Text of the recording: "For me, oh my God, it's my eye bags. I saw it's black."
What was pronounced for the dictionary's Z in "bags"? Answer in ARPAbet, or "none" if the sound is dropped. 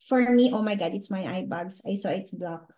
S